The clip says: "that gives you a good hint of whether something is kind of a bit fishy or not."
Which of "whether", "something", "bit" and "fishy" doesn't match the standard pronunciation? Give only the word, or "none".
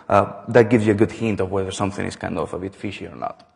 none